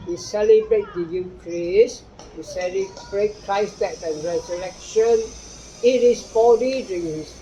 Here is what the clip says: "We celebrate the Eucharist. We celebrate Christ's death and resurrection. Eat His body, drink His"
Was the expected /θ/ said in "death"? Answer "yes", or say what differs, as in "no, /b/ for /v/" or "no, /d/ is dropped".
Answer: no, /t/ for /θ/